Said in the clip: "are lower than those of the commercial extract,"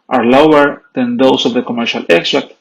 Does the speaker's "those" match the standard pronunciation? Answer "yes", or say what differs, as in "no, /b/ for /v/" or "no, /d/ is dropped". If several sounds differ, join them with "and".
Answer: no, /s/ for /z/